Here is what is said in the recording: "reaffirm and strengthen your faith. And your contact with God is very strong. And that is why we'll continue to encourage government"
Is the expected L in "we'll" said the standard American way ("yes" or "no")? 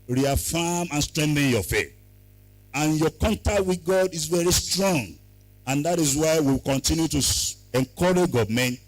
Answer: no